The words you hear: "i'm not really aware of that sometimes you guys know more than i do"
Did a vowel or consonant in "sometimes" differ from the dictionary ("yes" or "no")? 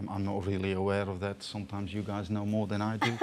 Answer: no